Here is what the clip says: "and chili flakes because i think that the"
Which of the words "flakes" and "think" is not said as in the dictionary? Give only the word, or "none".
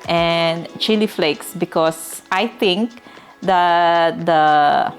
think